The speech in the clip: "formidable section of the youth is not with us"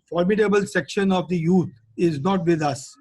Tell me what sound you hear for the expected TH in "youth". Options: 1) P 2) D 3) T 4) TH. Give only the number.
3